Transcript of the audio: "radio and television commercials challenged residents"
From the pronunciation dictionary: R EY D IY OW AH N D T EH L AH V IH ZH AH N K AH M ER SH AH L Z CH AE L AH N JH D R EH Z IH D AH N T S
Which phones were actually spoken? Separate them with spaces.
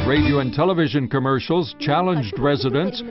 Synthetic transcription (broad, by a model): R EY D IY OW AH N T EH L AH V IH ZH AH N K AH M ER SH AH L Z CH AE L AH N JH D R EH Z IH D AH N T S